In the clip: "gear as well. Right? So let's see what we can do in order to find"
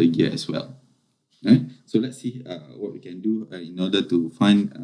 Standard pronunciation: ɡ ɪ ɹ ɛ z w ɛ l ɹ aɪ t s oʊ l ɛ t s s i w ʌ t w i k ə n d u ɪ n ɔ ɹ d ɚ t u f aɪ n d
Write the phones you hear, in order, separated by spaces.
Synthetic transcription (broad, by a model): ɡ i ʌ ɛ s w ɛ l ɹ aɪ t s oʊ l ɛ t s s i w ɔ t w i k ə n d u ɪ n ɔ d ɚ t u f aɪ n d